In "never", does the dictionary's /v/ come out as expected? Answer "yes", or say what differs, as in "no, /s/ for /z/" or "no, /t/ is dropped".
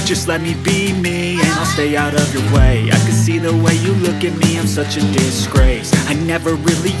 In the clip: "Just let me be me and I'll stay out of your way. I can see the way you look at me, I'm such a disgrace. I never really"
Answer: yes